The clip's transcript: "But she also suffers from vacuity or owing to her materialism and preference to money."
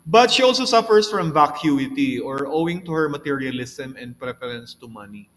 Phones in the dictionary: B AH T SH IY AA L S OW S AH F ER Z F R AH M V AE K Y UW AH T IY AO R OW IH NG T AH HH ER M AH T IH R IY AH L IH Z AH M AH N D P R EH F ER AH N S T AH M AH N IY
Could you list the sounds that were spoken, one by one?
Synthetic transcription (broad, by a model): B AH T SH IY AA L S OW S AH F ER S F R AH M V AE K Y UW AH T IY AO R OW IH NG T AH HH ER M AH T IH R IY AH L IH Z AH M AH N D P R EH F ER AH N S T AH M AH N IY